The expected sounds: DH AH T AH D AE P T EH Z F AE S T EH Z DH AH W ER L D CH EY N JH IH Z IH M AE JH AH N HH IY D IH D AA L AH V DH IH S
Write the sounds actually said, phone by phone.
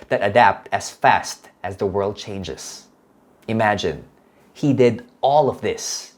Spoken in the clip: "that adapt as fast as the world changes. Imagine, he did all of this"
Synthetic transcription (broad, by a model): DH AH T AH D AE P T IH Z F AE S T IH Z DH AH W ER L D CH EY N JH IH Z IH M AE JH AH N HH IY D IH D AA L AH V DH IH S